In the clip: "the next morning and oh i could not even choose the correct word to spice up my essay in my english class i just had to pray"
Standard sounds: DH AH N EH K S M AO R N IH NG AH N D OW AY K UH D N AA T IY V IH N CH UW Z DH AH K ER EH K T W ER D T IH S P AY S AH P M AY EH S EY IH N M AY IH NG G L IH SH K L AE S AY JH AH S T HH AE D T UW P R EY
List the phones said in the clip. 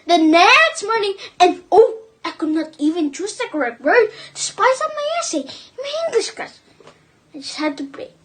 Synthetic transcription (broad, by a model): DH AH N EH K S M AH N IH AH N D OW AY K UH D N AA T IY V IH N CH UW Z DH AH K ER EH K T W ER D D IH S P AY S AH M AY EH S EY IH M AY IH NG G L IH SH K AA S AY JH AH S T HH AE D T UW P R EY